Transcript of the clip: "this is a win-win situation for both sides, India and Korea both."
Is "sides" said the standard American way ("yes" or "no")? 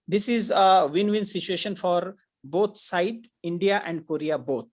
no